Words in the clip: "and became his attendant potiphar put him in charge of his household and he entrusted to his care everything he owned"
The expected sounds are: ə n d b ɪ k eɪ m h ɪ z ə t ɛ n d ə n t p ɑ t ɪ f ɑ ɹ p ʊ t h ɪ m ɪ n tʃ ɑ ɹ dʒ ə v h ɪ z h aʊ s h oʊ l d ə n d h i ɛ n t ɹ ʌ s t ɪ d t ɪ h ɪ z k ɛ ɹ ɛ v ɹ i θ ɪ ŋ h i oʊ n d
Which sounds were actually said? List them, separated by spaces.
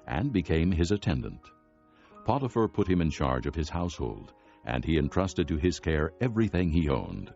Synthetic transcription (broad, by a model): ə n b ɪ k eɪ m ɪ z ə t ɛ n d ə n t p ɑ t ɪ f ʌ ɹ p ʊ t h ɪ m ɪ n tʃ ɑ ɹ dʒ ə v ɪ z h aʊ s h oʊ l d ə n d i ɛ n t ɹ ʌ s t ɪ d t ɪ ɪ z k ɛ ɹ ɛ v ɹ i θ ɪ ŋ i oʊ n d